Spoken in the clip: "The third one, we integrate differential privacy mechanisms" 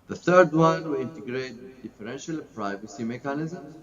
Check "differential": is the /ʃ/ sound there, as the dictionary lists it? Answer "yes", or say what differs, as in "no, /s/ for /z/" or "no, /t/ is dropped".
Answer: yes